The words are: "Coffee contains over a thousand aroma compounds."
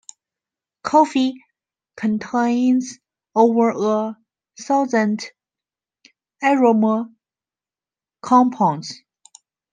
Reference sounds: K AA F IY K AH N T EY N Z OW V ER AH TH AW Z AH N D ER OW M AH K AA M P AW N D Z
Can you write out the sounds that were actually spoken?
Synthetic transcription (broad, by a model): K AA F IY K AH N T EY N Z OW V ER AH S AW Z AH N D ER OW M AH K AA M P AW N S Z